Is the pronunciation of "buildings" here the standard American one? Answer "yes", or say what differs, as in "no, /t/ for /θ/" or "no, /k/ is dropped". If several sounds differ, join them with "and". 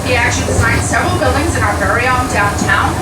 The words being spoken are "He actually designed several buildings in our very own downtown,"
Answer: yes